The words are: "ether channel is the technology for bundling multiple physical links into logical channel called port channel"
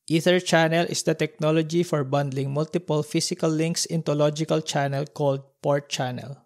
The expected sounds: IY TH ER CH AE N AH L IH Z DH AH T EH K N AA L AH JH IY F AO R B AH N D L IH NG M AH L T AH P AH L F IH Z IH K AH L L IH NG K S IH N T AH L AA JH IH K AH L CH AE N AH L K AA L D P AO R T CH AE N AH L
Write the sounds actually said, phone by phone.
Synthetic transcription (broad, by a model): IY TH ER CH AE N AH L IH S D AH T EH K N AA L AH JH IY F AO R B AH N D L IH NG M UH L T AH P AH L F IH S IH K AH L L IH NG K S IH N T AH L AA JH IH K AH L CH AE N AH L K AA L D P AO R T CH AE N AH L